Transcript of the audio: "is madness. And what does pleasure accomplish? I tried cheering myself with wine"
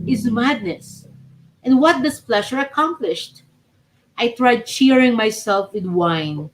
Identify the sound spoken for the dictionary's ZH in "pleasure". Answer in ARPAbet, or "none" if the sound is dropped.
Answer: SH